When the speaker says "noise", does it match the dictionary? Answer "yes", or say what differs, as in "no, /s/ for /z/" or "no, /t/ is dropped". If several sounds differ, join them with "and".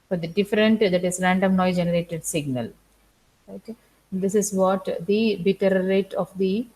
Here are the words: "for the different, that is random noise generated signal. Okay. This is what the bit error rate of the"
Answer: no, /z/ is dropped